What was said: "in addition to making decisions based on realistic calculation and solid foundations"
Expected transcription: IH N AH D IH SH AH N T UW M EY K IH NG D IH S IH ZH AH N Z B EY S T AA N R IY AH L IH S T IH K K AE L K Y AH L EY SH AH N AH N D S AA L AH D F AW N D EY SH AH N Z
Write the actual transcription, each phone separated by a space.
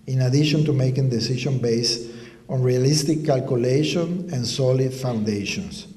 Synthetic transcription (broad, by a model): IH N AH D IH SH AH N T UW M EY K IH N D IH S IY SH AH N B EY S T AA N R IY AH L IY S T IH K K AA L K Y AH L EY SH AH N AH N S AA L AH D F AW N D EY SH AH N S